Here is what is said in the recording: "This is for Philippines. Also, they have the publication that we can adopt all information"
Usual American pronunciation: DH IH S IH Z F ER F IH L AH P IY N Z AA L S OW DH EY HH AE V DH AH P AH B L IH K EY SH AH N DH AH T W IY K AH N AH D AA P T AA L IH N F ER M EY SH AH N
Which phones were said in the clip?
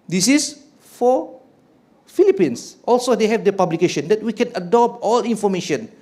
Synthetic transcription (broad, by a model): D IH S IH S F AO F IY L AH P IY N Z AA L S OW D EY HH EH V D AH P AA B L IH K EY SH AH N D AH T W IY K AH N AH D AA P T AA L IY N F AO M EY SH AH N